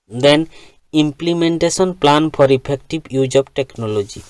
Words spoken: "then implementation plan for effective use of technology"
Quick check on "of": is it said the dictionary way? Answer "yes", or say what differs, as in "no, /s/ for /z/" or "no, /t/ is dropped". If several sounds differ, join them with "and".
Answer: no, /b/ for /v/